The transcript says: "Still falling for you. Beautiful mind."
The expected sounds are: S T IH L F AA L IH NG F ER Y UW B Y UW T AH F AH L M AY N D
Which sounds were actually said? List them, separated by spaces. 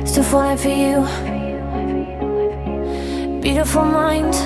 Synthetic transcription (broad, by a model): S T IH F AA IH F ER Y UW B Y UW T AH F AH L M AY N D